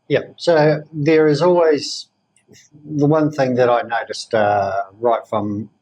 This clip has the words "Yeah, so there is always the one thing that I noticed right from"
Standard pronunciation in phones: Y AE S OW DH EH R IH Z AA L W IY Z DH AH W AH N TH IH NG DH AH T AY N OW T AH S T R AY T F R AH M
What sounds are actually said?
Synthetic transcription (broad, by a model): Y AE S OW DH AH R IH Z AA L W IY Z DH AH W AH N TH IH NG DH AH T AY N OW T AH S T R AY T F R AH M